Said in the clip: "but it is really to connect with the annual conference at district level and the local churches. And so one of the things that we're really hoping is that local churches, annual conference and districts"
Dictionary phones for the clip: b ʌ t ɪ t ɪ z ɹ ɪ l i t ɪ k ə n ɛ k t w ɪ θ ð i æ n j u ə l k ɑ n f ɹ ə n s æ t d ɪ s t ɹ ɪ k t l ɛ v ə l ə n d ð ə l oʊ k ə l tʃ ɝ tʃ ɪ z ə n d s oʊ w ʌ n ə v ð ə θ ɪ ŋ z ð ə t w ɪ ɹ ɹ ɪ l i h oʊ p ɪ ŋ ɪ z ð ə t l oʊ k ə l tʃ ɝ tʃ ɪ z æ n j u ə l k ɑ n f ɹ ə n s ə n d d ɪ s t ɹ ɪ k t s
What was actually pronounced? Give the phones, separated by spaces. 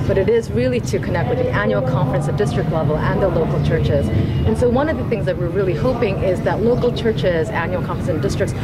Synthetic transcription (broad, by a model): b ʌ t ɪ t ɪ z ɹ ɪ l i t ɪ k ə n ɛ k t w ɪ ð i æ n j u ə l k ɑ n f ɹ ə n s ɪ d ɪ s t ɹ ɪ k t l ɛ v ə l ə n ð ə l oʊ k l tʃ ɝ tʃ ɪ z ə n s oʊ w ʌ n ə v ð ə θ ɪ ŋ z ð ə t w ɪ ɹ ɹ ɪ l i h oʊ p ɪ ŋ ɪ z ð ə t l oʊ k l tʃ ɝ tʃ ɪ z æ n j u l k ɑ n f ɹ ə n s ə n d d ɪ s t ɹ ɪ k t s